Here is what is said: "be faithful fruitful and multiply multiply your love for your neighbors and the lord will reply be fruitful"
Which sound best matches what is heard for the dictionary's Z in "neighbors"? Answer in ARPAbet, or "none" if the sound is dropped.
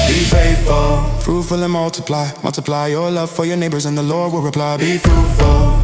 Z